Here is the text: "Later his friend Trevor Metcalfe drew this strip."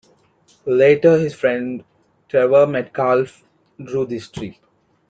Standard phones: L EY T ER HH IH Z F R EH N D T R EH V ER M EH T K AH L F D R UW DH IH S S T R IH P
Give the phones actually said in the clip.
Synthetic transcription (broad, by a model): L EY T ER HH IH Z F R EH N D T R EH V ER M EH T K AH L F D R UW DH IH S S T R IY